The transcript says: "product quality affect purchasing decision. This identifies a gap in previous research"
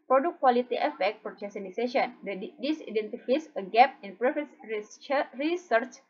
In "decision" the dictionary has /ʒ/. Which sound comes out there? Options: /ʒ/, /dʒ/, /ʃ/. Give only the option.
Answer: /ʃ/